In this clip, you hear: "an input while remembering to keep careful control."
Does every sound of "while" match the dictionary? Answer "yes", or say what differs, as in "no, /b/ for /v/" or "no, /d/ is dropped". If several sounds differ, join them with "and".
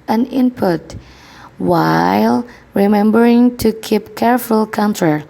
yes